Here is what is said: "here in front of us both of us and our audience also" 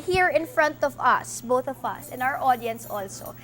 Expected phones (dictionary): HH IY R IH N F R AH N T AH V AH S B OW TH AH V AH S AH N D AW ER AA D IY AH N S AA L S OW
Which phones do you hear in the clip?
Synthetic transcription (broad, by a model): HH IY R IH N F R AH N T AH V AH S B OW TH AH V AH S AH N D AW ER AA D IY AH N S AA L S OW